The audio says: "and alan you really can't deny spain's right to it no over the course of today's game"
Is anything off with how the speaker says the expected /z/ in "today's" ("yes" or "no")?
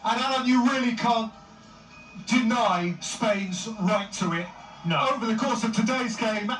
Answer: no